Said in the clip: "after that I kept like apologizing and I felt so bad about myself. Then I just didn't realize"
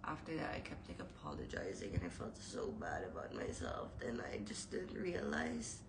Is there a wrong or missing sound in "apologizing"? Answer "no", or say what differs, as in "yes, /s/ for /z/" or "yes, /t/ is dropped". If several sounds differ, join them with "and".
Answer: no